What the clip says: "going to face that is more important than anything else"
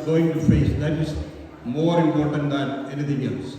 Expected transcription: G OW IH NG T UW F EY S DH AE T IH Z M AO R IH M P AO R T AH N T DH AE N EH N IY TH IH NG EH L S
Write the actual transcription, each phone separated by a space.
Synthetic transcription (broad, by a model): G OW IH NG T UW F EY S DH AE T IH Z M AO R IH M P AO R T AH N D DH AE N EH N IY T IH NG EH L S